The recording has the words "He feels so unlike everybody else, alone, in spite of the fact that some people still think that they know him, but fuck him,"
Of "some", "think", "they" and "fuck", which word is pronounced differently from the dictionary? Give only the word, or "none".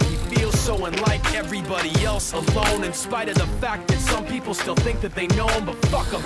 none